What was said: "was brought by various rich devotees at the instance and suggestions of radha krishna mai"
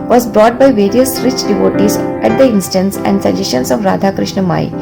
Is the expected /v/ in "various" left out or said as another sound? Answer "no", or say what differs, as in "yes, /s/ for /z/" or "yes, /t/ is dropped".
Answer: no